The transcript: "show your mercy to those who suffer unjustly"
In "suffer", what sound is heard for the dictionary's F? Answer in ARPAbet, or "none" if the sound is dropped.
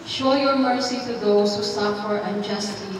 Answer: P